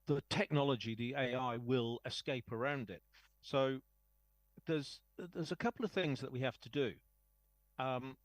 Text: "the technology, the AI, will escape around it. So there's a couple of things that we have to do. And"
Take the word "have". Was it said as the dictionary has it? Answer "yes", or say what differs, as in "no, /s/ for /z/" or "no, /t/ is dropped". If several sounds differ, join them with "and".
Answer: no, /f/ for /v/